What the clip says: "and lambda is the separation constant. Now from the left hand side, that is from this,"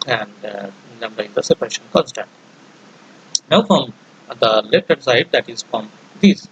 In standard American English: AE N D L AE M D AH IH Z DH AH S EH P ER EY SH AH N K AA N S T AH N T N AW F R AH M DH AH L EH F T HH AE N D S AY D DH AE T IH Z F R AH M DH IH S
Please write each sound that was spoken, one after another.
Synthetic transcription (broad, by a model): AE N D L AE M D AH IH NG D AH S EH P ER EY SH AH N K AA N S T AH N T N AW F R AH M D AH L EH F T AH D S AY D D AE T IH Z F R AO M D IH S